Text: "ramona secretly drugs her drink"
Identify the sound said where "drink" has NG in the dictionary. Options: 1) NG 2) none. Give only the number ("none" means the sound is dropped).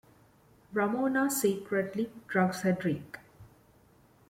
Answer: 2